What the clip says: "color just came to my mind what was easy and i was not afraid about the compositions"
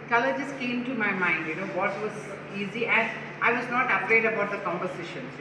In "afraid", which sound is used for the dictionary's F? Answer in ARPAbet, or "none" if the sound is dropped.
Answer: P